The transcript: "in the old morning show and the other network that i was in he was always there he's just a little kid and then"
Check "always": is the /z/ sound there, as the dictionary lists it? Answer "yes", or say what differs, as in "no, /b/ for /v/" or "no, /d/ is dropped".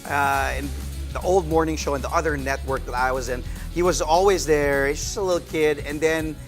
yes